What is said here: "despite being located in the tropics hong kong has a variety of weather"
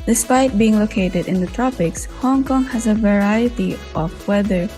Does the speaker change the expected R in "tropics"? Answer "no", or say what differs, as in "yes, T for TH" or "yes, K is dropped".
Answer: no